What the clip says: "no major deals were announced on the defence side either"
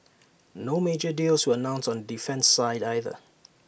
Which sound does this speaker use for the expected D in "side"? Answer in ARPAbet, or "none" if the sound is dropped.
D